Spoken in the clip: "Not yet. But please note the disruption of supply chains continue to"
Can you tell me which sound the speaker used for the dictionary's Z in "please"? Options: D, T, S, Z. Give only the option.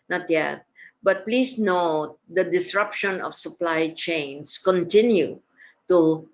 S